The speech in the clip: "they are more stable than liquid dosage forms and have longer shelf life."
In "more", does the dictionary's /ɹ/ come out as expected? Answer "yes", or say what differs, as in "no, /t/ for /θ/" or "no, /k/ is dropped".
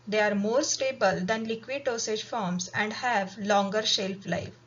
yes